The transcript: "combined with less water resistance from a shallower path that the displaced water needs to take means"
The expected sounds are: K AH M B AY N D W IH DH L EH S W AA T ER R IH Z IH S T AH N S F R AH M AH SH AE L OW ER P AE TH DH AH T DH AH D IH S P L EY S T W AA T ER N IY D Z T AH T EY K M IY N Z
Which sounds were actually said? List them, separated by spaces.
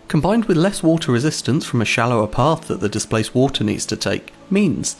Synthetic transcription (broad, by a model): K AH M B AY N D W IH DH L EH S W AA T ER R IH Z IH S T AH N S F R AH M AH SH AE L OW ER P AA TH DH AH T DH AH D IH S P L EY S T W AA T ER N IY D Z T AH T EY K M IY N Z